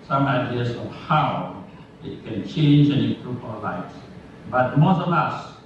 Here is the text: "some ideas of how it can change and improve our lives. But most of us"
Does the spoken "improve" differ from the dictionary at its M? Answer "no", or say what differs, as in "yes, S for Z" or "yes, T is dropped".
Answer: yes, M is dropped